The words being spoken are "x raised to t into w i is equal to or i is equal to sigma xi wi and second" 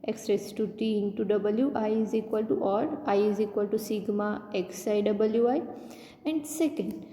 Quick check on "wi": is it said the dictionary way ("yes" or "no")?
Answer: yes